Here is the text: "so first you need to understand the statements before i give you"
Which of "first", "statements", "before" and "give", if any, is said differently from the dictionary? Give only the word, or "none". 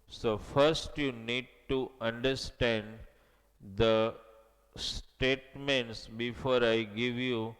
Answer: none